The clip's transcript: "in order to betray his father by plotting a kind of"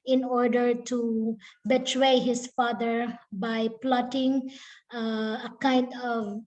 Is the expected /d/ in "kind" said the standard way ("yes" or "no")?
yes